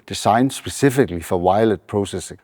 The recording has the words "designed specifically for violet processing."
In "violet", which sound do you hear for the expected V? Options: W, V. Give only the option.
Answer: W